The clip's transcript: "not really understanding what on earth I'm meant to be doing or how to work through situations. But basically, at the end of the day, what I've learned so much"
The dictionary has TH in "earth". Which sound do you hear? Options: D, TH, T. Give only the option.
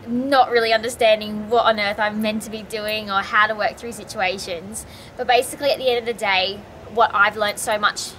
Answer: TH